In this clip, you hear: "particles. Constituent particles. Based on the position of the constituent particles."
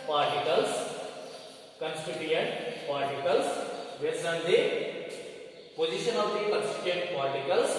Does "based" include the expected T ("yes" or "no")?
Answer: no